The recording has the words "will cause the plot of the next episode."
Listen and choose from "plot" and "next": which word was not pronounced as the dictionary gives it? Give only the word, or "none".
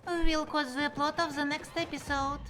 none